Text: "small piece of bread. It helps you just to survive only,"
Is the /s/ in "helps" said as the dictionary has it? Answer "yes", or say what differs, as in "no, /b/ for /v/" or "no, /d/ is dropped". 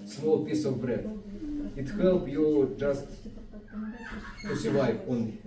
no, /s/ is dropped